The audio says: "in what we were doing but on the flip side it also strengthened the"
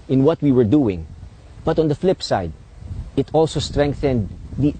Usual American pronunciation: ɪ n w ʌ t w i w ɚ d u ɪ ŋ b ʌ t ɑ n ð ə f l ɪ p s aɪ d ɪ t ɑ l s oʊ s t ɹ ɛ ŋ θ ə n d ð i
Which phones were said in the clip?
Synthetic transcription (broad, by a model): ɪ n w ʌ t w i w ɚ d u ɪ ŋ b ʌ t ɑ n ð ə f l ɪ p s aɪ d ɪ t ɑ l s oʊ s t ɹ ɛ ŋ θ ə n d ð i